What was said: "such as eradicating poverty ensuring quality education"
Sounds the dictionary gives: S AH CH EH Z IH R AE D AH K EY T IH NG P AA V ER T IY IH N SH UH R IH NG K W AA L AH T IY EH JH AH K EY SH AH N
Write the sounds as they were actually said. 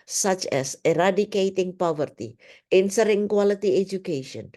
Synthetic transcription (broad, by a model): S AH CH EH S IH R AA D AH K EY T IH NG P AA V ER T IY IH N S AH R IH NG K W AA L AH T IY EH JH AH K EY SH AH N